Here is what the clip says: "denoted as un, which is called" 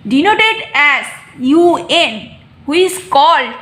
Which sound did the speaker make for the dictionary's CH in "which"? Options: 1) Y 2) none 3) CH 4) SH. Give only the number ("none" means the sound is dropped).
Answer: 2